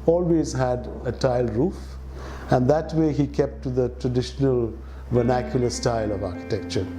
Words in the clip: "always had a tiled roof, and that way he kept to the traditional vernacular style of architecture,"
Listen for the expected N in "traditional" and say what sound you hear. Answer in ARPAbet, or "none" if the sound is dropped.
N